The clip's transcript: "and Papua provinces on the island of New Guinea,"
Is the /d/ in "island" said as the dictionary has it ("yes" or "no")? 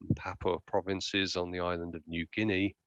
yes